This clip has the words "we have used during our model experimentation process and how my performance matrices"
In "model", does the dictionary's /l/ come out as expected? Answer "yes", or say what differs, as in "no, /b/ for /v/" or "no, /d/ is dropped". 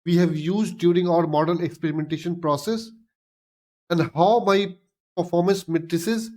no, /n/ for /l/